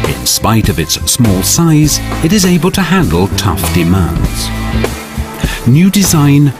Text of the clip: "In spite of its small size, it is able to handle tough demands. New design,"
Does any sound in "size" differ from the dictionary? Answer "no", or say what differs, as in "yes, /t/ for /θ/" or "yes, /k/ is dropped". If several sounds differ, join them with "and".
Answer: no